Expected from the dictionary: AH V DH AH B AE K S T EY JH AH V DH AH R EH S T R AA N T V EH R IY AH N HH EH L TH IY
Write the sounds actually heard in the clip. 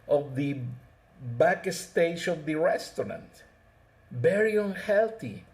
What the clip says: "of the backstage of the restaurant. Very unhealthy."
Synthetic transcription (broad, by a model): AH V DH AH B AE K S T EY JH AH V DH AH R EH S T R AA N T B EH R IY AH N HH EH L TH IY